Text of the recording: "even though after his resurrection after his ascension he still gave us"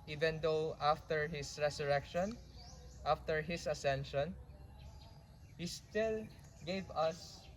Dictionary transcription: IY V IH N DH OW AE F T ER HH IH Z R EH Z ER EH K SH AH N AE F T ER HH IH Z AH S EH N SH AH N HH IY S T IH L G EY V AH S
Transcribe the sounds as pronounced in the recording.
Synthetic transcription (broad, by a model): IY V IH N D OW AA F T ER HH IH S R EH S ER EH K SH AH N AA F T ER HH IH S AH S EH N SH AH N HH IY S T IH L G EY V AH S